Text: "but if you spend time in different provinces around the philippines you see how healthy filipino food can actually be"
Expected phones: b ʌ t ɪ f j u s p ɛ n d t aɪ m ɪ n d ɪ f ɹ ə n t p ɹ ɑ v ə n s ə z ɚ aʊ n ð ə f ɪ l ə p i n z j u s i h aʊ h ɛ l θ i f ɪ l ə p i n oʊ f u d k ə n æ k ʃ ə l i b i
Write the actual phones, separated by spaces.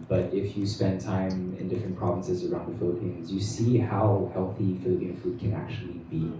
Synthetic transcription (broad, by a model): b ʌ t ɪ f j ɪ s p ɛ n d t aɪ m ɪ n d ɪ f ɹ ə n p ɹ ɑ v ə n s ə z ɚ aʊ n ð ə f ɪ l ə p i n z j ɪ s i h aʊ h ɛ l θ i f ɪ l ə p i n f u d k ə n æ k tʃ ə l i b i